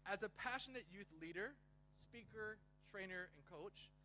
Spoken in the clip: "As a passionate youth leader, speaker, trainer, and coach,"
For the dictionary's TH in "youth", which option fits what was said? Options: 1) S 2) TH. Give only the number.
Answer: 2